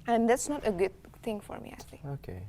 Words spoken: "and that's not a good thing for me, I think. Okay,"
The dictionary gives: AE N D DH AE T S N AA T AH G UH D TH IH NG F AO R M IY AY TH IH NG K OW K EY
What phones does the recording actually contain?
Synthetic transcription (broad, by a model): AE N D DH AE T S N AA T AH G UH D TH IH NG F AO R M IY AY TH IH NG OW K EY